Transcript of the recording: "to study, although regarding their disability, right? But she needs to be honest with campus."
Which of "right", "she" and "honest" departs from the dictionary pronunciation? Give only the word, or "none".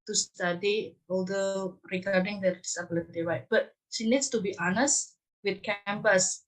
right